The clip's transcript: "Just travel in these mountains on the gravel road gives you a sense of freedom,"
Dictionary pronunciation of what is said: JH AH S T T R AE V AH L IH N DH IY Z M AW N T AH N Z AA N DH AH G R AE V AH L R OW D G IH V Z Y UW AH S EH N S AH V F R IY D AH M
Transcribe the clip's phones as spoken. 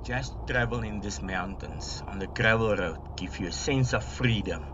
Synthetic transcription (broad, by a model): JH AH S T T R AE V AH L IH N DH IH S M AW N T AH N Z AA N DH AH G R AE V AH L R OW D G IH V Y UW AH S EH N S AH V F R IY D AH M